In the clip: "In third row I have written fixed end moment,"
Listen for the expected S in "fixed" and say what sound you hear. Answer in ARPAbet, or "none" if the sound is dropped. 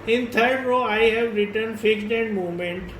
none